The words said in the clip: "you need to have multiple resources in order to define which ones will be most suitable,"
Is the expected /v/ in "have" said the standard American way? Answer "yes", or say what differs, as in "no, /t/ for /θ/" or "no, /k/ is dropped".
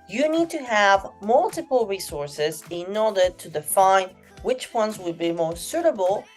yes